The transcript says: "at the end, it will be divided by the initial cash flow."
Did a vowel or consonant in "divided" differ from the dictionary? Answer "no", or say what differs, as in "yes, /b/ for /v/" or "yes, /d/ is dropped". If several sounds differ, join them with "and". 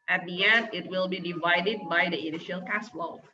no